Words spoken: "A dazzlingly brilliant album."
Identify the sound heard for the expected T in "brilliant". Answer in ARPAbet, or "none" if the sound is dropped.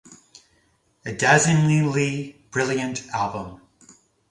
T